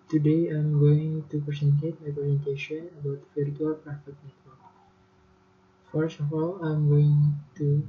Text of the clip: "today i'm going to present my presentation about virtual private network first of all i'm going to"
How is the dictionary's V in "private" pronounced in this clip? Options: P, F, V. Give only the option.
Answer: F